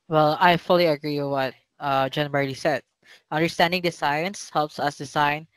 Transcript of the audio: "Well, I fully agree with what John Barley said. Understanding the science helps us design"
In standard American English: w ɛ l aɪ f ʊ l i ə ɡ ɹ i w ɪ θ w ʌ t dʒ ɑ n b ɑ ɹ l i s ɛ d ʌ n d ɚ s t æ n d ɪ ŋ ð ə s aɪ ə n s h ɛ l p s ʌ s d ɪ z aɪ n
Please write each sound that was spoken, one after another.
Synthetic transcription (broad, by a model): w ɛ l aɪ f ʊ l i ə ɡ ɹ i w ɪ w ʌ t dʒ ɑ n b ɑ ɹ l i s ɛ d ʌ n d ɚ s t æ n d ɪ ŋ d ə s aɪ ə n s h ɛ l p s ʌ s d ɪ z aɪ n